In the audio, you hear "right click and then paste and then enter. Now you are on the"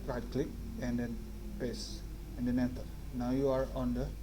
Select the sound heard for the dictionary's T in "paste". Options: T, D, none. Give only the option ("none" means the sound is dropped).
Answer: none